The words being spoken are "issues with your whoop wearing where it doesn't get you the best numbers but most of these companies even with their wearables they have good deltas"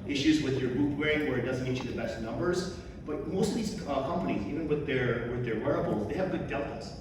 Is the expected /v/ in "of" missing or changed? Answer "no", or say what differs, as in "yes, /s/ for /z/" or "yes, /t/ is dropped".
no